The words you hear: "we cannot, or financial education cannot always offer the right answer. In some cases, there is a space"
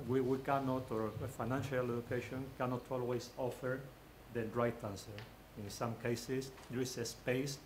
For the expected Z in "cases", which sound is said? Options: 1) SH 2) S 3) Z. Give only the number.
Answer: 2